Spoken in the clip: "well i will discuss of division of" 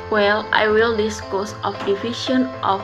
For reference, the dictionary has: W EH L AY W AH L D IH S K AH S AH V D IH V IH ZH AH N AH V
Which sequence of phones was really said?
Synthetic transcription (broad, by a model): W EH L AY W AH L D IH S K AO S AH F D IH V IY SH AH N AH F